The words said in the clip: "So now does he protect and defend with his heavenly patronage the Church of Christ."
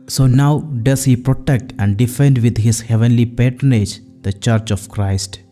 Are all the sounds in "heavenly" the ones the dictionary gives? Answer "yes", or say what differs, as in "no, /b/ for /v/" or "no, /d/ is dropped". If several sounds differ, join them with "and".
yes